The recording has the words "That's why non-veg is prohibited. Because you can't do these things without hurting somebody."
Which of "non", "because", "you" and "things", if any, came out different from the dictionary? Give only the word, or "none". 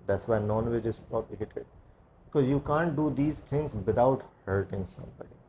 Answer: things